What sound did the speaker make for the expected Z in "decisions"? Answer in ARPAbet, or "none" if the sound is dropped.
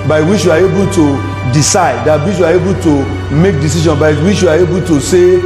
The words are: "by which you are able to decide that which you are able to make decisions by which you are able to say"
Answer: none